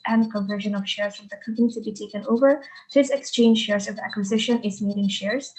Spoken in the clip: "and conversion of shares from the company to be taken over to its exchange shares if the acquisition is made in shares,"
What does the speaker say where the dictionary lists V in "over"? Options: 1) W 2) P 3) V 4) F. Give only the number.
3